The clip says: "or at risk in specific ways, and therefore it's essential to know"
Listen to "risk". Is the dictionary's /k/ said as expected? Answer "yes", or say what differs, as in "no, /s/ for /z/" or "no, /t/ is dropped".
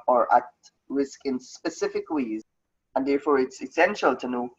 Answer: yes